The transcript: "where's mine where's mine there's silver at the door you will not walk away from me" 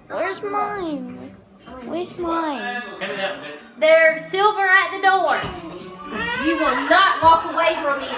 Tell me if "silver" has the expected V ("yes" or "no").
yes